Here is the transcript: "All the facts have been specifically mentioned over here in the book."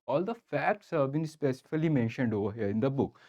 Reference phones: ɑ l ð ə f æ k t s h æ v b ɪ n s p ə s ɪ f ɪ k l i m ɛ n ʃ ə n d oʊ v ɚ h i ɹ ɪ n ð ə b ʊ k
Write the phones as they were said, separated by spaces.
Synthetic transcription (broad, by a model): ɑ l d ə f æ k t s h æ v b ɪ n s p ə s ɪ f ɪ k l i m ɛ n ʃ ə n d oʊ v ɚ h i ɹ ɪ n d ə b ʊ k